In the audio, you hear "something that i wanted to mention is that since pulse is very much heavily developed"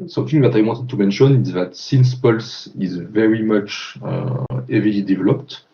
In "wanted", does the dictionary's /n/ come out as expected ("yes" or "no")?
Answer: no